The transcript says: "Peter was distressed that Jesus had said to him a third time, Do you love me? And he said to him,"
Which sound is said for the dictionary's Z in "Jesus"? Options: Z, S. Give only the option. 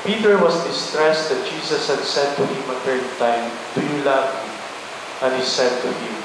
S